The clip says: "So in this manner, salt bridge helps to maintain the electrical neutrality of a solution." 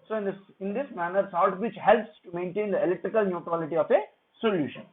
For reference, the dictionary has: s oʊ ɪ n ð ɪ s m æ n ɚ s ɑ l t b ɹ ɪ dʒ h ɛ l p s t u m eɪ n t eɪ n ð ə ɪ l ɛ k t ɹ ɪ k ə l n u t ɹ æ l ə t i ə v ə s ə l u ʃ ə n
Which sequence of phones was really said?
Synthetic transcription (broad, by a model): s oʊ ɪ n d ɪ s m æ n ɚ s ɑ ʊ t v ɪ tʃ h ɛ l p s t u m eɪ n t eɪ n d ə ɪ l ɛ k t ɹ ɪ k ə l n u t ɹ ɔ l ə t i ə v ə s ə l u ʃ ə n